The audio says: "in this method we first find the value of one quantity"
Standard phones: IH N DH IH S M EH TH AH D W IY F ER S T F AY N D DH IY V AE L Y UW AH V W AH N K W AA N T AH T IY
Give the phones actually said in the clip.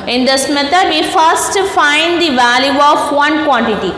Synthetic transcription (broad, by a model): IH N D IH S M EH T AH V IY F ER S T F AY N D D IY V AE L Y UW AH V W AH N K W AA N T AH T IY